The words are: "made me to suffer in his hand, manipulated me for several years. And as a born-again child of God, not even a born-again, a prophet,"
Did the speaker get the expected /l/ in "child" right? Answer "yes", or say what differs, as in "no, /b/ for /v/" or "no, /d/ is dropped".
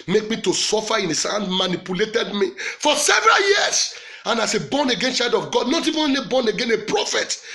no, /l/ is dropped